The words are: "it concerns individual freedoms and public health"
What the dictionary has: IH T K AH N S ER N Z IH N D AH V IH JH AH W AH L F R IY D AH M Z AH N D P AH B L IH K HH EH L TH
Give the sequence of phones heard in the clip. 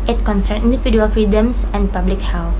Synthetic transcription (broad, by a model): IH T K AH N S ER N IH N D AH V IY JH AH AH L F R IY D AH M S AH N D P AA B L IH K HH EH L